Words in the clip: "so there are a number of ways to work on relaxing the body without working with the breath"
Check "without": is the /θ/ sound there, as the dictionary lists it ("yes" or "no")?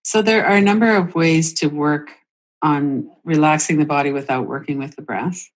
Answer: yes